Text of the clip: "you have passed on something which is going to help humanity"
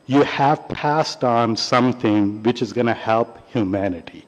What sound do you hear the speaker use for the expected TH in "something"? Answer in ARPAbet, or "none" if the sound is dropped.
TH